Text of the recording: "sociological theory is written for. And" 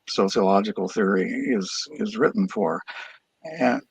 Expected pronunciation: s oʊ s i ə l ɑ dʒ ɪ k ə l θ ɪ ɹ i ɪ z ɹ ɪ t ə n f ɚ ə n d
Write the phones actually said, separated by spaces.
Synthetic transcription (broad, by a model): s oʊ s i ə l ɑ dʒ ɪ k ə l θ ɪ ɹ i ɪ z ɹ ɪ t n f ɚ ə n